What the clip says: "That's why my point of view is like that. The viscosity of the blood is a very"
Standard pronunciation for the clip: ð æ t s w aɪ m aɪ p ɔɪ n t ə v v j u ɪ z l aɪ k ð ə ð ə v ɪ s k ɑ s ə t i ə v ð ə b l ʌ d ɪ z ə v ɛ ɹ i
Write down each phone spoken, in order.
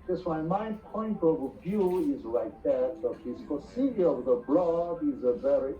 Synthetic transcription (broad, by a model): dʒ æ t s w aɪ m aɪ p ɔɪ n t ə v v j u ɪ z l aɪ k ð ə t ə f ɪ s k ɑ s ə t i ə v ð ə b l ʌ d ɪ z ə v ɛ ɹ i